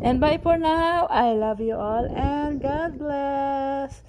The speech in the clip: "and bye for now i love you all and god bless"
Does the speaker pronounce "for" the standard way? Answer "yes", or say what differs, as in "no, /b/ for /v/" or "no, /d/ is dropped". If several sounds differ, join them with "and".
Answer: no, /p/ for /f/